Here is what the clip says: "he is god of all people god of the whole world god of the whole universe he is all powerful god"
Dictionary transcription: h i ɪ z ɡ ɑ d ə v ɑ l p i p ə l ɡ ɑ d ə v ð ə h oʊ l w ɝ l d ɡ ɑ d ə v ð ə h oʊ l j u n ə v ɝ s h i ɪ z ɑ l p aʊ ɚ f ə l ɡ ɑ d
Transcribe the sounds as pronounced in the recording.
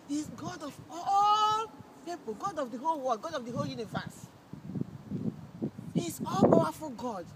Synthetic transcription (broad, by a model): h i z ɡ ɑ d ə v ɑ l p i p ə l ɡ ɑ d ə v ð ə h oʊ l w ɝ d ɡ ɑ d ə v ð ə h oʊ l j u n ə v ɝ s h i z ɑ l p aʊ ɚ f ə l ɡ ɑ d